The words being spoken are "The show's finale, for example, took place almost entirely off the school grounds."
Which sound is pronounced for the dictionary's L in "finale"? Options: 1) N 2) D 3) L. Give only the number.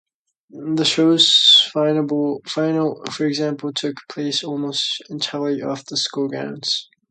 1